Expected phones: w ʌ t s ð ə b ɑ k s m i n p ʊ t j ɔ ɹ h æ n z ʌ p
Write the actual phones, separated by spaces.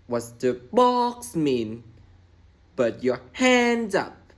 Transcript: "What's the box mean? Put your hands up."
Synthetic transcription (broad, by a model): w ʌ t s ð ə b ɑ k s m i n b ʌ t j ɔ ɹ h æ n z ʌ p